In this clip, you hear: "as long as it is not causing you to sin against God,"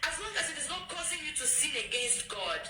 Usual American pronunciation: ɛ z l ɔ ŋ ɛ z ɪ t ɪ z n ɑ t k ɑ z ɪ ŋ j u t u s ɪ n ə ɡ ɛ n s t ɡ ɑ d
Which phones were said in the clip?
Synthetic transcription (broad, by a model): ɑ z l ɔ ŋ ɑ s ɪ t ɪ s n ɑ t k ɑ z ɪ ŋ j u t u s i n ə ɡ ɛ n s t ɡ ɑ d